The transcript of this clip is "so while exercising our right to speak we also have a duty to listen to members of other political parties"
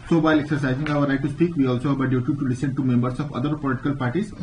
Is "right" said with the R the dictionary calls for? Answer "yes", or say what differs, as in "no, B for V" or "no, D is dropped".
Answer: no, L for R